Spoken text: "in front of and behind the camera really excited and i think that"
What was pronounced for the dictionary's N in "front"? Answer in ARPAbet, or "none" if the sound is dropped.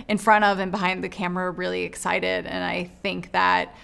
none